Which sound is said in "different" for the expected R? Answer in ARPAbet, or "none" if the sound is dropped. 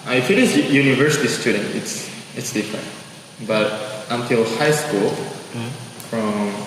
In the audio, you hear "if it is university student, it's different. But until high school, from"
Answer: R